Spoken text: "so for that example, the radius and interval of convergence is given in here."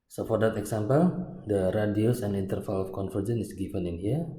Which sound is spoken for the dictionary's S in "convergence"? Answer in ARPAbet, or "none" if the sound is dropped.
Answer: none